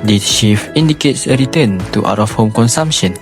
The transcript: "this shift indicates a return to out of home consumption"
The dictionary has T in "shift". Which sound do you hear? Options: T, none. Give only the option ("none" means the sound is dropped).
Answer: none